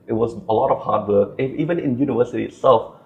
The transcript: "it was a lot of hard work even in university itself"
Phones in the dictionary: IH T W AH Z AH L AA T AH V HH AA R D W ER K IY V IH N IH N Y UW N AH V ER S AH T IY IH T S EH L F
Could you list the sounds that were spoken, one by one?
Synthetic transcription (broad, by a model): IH T W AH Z AH L AA T AH V HH AA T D W ER K IY V IH N IH N Y UW N AH V ER S AH T IY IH T S EH L F